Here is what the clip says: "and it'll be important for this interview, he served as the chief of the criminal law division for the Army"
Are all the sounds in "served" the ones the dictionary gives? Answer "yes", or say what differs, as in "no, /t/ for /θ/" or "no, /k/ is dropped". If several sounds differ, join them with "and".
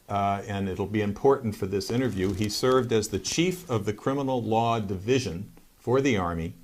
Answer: yes